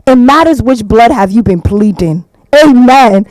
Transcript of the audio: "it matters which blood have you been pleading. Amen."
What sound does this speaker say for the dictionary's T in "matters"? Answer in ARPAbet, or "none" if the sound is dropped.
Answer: T